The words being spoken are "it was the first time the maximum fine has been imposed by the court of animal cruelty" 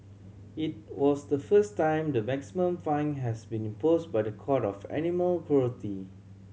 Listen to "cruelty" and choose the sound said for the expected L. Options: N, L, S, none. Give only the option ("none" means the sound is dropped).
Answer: none